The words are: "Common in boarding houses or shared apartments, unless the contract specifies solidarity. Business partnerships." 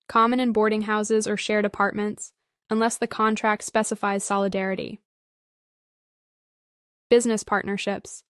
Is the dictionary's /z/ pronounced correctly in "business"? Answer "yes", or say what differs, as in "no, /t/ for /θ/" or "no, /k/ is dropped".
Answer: yes